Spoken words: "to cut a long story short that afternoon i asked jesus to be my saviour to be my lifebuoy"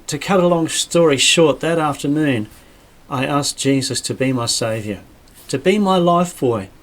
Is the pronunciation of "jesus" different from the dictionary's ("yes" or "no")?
no